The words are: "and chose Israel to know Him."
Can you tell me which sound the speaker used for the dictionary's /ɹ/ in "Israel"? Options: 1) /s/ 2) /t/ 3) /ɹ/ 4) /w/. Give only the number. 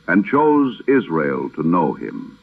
3